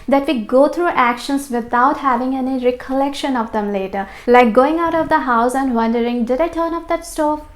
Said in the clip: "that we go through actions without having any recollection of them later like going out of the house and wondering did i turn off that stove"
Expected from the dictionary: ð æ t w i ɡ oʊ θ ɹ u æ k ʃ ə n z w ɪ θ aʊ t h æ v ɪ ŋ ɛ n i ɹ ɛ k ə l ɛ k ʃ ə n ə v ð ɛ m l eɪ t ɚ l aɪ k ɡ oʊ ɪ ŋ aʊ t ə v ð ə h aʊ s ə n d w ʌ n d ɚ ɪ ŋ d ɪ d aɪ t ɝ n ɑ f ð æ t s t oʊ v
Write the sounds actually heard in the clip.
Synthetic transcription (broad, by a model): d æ t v i ɡ oʊ t ɹ u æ k ʃ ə n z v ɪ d aʊ t h æ v ɪ ŋ ɛ n i ɹ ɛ k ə l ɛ k ʃ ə n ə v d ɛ m l eɪ t ɚ l aɪ k ɡ oʊ ɪ ŋ aʊ t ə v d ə h aʊ s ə n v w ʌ n d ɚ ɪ ŋ d ɪ d aɪ t ɝ n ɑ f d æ t s t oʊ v